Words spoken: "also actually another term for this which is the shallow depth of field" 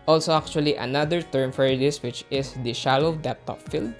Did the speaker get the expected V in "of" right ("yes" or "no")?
no